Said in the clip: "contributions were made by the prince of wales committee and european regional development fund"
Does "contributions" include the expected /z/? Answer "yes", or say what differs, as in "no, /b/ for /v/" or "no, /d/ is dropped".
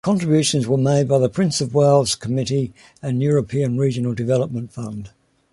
yes